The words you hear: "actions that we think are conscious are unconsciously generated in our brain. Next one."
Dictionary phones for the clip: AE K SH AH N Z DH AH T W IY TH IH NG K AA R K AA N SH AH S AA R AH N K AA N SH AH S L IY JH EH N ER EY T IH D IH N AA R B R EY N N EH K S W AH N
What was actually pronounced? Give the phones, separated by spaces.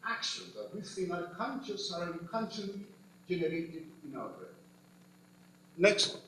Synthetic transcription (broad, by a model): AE K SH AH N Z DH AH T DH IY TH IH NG AA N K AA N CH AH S AA R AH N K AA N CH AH L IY JH EH N ER EY T IH D IH N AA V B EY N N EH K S